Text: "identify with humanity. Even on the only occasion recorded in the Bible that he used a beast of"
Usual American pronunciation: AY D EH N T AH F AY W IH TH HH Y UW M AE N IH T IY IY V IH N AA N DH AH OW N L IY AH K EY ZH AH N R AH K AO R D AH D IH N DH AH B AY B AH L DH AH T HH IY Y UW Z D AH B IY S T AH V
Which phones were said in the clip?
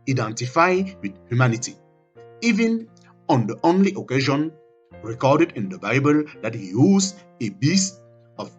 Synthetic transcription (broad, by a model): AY D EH N T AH F AY W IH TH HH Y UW M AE N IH T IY IY V IH N AA N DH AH OW N L IY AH K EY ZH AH N R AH K AO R D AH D IH N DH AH B AY B AH L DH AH T HH IY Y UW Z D AH B IY S T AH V